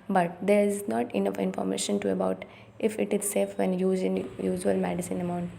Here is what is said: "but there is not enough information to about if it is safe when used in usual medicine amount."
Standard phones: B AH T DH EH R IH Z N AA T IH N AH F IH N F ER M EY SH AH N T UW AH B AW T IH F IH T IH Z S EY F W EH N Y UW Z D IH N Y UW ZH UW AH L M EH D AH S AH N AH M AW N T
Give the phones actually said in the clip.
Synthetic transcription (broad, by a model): B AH T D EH R IH Z N AA T IH N AH F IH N F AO M EY SH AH N T UW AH B AW T IH F IH T IH Z S EY F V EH N Y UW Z IH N Y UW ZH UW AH L M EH D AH S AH N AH M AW N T